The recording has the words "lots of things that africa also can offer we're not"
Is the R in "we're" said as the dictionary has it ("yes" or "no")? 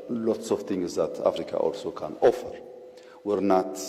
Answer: yes